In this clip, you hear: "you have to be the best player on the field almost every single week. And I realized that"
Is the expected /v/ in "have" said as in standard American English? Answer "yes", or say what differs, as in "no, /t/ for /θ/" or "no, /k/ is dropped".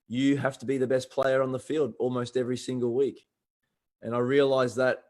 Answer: no, /f/ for /v/